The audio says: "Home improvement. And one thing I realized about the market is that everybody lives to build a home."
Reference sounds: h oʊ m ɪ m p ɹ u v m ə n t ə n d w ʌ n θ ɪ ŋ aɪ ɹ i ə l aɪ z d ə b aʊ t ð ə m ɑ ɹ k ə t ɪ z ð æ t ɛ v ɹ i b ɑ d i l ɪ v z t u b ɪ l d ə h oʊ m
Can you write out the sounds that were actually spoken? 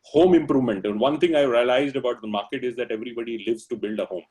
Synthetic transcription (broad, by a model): h oʊ m ɪ m p ɹ u v m ə n t ə n d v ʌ n t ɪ ŋ aɪ ɹ i ə l aɪ z d ə b aʊ t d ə m ɑ ɹ k ə t ɪ z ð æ t ɛ v ɹ i b ɑ d i l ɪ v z t u b ɪ l d ə h oʊ m